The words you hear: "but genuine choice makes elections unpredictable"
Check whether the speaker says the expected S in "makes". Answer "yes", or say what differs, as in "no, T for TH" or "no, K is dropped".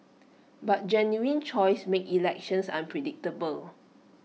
no, S is dropped